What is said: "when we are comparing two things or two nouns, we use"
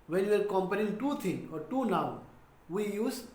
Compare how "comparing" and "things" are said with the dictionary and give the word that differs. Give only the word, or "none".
things